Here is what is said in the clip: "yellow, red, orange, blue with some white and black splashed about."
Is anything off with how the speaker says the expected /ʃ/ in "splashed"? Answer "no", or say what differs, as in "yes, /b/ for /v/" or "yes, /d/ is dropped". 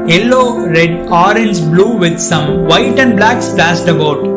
yes, /s/ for /ʃ/